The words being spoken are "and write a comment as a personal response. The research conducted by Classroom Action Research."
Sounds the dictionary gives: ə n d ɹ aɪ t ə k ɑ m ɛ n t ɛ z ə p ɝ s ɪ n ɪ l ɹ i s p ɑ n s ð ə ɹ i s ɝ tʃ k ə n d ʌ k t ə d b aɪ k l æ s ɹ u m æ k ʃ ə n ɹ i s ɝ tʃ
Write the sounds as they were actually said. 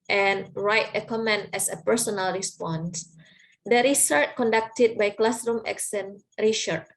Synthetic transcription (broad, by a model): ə n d ɹ aɪ t ə k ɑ m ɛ n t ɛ s ə p ɝ s ɪ n ɪ l ɹ i s p ɑ n s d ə ɹ i s ɝ tʃ k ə n d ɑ k t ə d b aɪ k l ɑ s ɹ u m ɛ k s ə n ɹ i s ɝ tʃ